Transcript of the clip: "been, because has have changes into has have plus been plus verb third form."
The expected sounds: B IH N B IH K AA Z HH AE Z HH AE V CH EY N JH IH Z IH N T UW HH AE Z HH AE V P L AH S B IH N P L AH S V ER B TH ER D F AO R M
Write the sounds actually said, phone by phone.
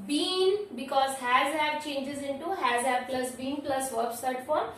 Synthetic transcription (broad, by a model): B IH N B IH K AA Z HH AE Z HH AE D CH EY N JH IH Z IH N T UW HH AE Z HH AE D P L AH S B IH N P L AH S V ER B S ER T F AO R